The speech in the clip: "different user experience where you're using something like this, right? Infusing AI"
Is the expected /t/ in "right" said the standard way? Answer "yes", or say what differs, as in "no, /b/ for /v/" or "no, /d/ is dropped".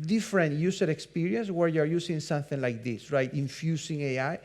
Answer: yes